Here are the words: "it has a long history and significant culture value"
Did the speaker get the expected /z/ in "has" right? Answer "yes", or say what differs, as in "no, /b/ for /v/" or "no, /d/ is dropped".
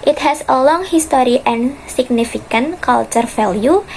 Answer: no, /s/ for /z/